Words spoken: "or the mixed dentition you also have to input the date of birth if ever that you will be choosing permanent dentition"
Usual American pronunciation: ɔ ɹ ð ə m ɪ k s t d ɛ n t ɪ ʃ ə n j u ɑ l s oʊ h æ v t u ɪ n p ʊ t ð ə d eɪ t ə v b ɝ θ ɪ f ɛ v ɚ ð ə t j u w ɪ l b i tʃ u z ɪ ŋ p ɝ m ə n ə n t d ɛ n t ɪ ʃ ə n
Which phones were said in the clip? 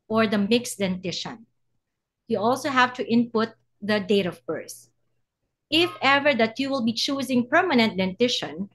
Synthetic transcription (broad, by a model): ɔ ɹ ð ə m ɪ k s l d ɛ n t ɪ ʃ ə n j u ɑ l s oʊ h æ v t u ɪ n p ʊ t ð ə d eɪ t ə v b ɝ s ɪ f ɛ v ɚ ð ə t j u w ɪ l b i tʃ u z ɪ ŋ p ɝ m ə n ə n t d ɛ n t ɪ ʃ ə n